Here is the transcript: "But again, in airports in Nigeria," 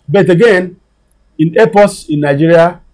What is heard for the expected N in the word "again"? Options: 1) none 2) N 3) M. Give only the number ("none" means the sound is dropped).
2